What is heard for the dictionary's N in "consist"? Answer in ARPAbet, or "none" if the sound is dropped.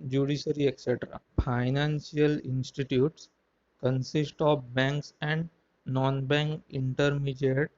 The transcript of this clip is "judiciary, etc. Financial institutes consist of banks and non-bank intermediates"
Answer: N